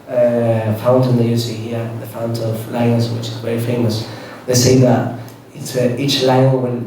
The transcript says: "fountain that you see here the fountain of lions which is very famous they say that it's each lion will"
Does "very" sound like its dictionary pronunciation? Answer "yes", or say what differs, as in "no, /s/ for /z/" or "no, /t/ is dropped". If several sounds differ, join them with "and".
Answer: no, /ɹ/ is dropped